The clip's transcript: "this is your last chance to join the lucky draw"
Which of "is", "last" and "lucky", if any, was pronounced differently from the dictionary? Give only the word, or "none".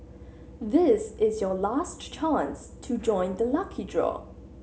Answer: none